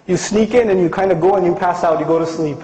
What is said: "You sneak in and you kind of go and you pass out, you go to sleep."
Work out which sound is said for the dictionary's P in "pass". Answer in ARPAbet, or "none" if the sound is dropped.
P